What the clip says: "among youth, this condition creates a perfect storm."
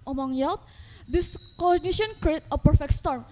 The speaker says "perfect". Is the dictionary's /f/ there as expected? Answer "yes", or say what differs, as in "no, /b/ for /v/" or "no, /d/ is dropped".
yes